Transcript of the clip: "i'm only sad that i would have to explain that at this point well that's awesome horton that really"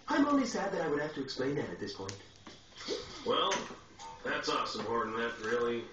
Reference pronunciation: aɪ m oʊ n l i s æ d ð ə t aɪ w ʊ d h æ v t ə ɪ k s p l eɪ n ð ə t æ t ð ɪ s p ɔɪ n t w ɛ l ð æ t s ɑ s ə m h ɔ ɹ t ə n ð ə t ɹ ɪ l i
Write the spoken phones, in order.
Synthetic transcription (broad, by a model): aɪ m oʊ n l i s æ d ð ə t aɪ w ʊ d h æ f t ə ɪ k s p l eɪ n ð ə t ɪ t ð ɪ s p ɔɪ n t w ɛ l ð æ t s ɑ s ə m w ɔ ɹ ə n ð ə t ɹ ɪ l i